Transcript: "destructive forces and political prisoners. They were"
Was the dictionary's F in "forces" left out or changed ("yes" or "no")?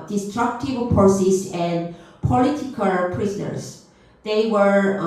yes